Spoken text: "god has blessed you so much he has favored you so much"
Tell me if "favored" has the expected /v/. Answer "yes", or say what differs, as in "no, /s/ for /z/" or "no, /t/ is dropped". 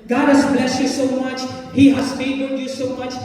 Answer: no, /b/ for /v/